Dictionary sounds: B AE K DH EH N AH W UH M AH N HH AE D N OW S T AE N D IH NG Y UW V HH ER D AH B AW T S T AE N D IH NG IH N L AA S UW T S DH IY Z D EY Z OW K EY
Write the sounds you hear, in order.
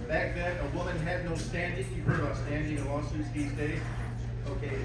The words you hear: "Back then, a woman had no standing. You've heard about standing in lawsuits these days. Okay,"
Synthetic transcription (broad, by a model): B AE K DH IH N AH W UH M AH N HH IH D N OW S T AE N D IH NG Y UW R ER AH AW S T AE N D IH NG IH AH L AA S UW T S DH IY Z D EY Z OW K EY